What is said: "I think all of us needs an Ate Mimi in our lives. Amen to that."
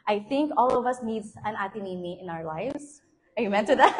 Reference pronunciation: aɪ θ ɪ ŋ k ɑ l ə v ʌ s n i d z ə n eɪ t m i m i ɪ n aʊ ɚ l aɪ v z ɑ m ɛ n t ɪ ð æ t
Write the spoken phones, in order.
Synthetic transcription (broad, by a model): aɪ θ ɪ ŋ k ɑ l ə v ʌ s n i d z ə n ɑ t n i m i ɪ n aʊ ɚ l aɪ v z ɑ m ɛ n t ɪ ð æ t